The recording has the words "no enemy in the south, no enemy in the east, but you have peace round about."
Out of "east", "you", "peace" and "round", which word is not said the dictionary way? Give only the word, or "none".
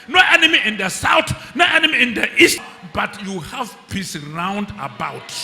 none